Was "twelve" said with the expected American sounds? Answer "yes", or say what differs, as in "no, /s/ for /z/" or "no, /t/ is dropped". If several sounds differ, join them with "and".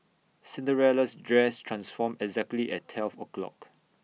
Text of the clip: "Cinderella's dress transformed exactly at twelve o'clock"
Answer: no, /f/ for /v/